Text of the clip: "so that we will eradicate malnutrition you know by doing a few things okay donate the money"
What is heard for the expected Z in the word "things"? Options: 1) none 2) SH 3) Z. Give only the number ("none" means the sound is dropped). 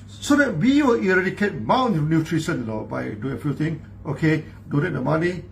1